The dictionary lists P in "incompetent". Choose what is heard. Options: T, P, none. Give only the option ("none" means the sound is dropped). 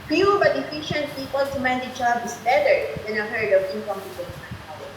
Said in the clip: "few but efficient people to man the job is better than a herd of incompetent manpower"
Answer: none